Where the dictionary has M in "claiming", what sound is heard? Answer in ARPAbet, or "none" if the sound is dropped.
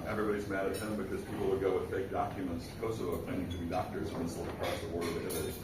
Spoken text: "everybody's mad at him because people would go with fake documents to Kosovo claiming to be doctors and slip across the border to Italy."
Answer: none